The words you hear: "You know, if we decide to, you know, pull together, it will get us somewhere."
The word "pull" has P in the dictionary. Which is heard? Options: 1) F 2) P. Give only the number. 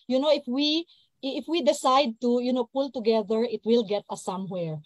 2